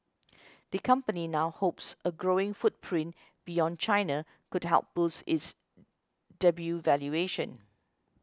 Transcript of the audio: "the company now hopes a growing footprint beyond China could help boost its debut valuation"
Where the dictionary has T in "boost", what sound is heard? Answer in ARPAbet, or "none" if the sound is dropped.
none